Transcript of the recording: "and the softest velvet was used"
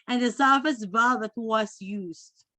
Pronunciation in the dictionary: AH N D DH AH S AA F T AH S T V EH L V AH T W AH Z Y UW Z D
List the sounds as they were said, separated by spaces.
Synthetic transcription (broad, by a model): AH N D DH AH S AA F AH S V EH V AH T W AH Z Y UW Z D